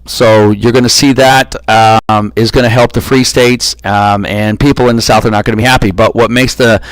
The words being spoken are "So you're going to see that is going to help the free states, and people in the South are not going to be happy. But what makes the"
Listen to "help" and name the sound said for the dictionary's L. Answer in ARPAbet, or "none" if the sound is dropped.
L